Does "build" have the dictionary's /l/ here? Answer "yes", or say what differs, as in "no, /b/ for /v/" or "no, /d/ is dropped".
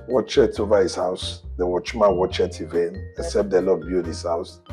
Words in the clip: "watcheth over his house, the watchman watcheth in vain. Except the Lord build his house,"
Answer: no, /l/ is dropped